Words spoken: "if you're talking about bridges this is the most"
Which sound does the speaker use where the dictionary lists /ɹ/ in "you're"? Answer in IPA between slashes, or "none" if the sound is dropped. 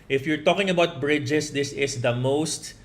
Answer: /ɹ/